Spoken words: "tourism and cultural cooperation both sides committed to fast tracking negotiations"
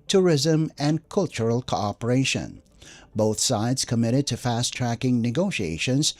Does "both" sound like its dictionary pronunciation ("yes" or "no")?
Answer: yes